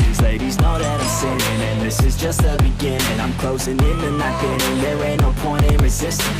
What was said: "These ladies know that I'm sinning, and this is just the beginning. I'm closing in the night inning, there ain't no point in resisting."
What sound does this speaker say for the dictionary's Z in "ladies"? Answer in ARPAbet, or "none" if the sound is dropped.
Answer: Z